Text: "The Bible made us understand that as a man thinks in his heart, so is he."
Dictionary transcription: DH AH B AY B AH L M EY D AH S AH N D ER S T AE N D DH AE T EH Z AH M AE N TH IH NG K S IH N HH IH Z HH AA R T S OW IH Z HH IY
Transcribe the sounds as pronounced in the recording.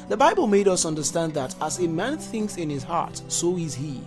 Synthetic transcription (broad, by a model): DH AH B AY B AH L M EY D AH S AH N D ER S T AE N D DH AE T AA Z AH M AE N TH IH NG K S IH N HH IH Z HH AA R T S OW IH Z HH IY